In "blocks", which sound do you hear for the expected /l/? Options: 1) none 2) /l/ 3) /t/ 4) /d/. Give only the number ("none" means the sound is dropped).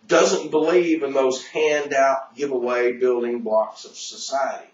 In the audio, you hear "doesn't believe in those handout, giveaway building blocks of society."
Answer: 1